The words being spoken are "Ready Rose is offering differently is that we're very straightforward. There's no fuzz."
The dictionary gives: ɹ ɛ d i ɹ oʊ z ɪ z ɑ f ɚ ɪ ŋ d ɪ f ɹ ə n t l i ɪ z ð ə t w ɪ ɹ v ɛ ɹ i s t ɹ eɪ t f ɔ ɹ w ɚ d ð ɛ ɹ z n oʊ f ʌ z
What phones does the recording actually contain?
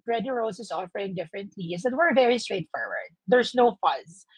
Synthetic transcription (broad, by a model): ɹ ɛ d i ɹ oʊ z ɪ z ɑ f ɚ ɪ ŋ d ɪ f ɹ ə n t l i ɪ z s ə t w ɪ ɹ v ɛ ɹ i s t ɹ eɪ t f ɔ ɹ w ɚ d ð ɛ ɹ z n oʊ f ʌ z